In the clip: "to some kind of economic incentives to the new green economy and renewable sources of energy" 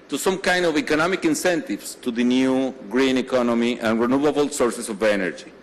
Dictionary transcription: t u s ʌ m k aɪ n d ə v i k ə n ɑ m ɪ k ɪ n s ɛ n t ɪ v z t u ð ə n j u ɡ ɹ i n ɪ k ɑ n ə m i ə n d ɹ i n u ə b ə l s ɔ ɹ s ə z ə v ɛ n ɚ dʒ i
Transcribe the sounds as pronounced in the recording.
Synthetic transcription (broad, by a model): t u s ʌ m k aɪ n d ə v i k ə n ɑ m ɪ k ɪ n s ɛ n t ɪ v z t u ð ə n j u ɡ ɹ i n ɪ k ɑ n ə m i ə n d ɹ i n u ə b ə l s ɔ ɹ s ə s ə v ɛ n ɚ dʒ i